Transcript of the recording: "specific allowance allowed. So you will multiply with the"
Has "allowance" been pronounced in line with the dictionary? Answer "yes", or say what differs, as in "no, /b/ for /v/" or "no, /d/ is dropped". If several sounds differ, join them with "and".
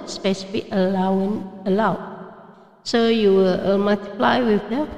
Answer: no, /s/ is dropped